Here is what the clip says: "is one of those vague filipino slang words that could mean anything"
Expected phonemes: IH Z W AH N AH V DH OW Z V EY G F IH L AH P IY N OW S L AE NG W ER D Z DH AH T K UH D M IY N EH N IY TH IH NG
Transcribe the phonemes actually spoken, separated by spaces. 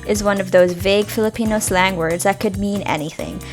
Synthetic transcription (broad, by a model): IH Z W AH N AH V DH OW Z V EY G F IH L AH P IY N OW S L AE NG W ER D Z DH AH T K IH D M IY N EH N IY TH IH NG